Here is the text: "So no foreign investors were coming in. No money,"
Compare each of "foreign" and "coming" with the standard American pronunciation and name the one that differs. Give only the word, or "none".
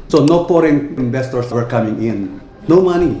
foreign